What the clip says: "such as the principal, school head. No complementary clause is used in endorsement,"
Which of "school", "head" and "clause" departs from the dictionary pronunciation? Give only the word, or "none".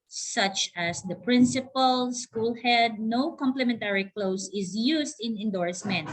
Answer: clause